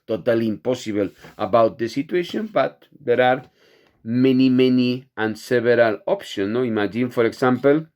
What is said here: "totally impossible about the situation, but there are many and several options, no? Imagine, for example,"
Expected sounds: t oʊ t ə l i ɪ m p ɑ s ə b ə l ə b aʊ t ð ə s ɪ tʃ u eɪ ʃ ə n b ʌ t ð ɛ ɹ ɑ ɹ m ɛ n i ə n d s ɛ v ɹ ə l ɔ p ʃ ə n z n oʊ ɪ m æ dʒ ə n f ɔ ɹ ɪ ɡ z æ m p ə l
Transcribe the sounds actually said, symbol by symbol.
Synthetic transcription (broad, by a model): t oʊ t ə l i m p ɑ s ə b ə l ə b aʊ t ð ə s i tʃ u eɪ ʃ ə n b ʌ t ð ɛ ɹ ɑ ɹ m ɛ n i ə n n s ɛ b ɹ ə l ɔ p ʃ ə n n oʊ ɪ m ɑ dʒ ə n f ɔ ɹ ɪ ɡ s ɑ m p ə l